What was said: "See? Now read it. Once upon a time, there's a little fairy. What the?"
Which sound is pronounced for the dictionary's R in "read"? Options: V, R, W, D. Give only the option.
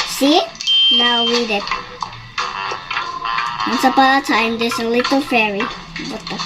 W